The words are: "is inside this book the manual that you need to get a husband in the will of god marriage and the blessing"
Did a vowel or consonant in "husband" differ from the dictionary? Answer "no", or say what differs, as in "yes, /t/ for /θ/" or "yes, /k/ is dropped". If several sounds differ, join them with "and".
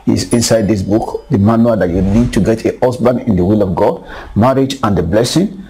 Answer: yes, /d/ is dropped